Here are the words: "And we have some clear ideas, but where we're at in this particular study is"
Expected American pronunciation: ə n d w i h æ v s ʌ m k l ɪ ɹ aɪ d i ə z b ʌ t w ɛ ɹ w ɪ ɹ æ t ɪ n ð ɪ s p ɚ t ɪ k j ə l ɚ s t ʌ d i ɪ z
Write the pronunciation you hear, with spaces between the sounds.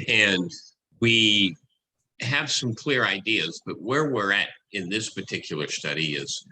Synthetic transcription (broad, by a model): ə n w i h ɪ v s ʌ m k l ɪ ɹ aɪ d i ə z b ʌ t w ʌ ɹ w ɪ ɹ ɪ t ɪ n ð ɪ s p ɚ t ɪ k j l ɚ s t ʌ d i ɪ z